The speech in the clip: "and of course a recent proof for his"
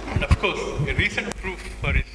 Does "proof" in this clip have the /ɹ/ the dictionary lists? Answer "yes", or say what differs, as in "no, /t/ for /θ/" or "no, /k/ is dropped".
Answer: yes